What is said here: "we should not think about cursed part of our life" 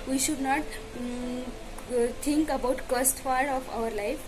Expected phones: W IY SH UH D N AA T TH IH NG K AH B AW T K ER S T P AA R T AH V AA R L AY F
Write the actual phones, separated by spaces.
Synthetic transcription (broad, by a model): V IY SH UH D N AA T T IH NG K AH B AW T K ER S T F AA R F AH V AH R L AY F